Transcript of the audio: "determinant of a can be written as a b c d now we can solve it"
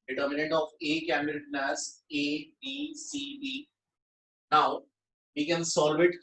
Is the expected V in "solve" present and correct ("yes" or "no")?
yes